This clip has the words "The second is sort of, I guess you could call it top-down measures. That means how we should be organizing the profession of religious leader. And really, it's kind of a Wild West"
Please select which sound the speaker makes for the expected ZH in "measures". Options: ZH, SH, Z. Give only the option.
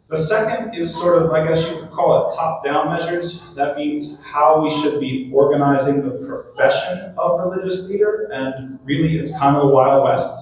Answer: ZH